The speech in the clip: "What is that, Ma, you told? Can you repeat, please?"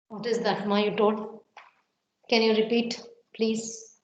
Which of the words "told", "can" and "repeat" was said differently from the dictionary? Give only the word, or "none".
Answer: told